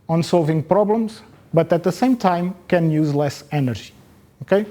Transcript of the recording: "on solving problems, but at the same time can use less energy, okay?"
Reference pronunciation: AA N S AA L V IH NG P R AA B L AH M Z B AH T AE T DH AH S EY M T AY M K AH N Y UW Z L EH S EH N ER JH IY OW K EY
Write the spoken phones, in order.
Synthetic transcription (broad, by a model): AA N S AA L V IH NG P R AA B L AH M Z B AH T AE T DH AH S EY M T AY M K AH N Y UW Z L EH S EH N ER ZH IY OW K EY